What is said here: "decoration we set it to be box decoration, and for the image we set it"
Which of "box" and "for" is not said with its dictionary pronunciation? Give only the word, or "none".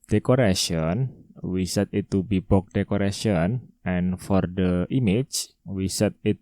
box